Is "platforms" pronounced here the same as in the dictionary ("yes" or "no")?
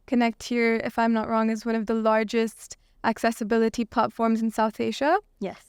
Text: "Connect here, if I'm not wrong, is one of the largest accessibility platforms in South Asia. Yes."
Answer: yes